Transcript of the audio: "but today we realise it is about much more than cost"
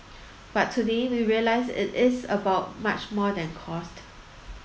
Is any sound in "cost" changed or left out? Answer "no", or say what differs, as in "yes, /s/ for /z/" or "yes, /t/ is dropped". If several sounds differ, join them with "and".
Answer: no